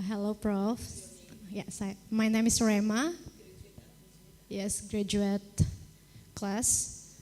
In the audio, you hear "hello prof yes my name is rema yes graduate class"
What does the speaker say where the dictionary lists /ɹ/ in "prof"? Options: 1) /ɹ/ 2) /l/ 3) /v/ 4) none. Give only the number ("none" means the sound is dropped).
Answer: 1